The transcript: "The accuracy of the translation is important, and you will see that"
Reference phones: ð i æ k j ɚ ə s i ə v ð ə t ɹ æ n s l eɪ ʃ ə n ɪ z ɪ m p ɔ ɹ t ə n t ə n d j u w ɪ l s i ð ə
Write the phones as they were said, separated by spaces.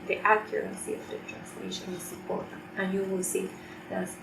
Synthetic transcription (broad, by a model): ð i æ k j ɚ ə s i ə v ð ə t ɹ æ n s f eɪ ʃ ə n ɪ s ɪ p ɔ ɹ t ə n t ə n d j u w ɪ l s i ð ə